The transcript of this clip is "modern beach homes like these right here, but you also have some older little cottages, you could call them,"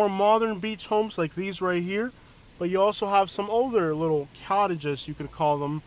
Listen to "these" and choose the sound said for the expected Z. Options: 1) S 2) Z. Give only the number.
2